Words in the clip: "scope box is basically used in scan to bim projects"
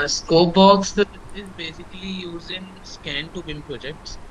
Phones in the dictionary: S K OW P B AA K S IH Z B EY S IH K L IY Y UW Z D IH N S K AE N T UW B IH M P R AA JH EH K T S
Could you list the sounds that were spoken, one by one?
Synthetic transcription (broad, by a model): S K OW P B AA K S IH Z B EY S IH K L IY Y UW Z IH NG S K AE N T UW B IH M P R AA JH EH K T S